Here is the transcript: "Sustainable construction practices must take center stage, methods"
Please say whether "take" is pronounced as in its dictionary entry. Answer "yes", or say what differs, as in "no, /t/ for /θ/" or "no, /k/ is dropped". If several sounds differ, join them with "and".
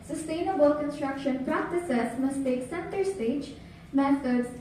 yes